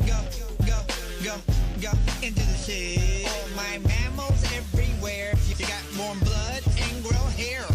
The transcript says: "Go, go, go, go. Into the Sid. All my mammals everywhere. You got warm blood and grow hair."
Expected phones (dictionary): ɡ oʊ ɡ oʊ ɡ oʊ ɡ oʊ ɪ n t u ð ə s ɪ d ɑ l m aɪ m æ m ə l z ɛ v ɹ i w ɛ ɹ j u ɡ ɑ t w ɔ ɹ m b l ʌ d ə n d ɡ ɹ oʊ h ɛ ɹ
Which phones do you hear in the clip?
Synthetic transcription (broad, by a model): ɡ oʊ ɡ oʊ ɡ oʊ ɡ oʊ ɪ n t u ð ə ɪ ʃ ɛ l m aɪ m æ m l z ɛ v ɹ i w ɛ ɹ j ɡ ɑ t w ɔ ɹ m b l ʌ d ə n ɡ ɹ oʊ h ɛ ɹ